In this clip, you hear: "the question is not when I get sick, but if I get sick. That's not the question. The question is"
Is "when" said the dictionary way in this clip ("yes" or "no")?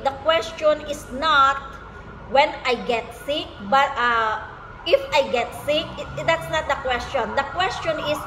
yes